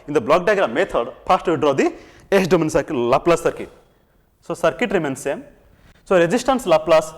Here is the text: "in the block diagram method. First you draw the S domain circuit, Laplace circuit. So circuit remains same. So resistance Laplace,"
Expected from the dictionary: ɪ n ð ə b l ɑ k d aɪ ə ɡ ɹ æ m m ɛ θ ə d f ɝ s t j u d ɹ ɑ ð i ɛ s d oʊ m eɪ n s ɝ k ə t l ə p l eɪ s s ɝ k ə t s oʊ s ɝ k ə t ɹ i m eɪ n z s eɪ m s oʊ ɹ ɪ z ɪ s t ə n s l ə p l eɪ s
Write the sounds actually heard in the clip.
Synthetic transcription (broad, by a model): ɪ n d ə b l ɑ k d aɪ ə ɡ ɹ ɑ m m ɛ t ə d p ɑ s t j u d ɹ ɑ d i ɛ s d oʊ m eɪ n s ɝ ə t l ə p l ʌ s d k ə t s oʊ s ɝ k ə t ɹ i m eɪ n s eɪ m s oʊ ɹ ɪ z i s t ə n s l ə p l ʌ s